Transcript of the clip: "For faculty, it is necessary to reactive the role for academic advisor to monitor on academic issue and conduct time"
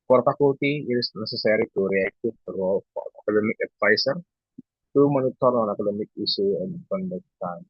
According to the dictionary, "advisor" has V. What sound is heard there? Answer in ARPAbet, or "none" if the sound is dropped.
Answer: F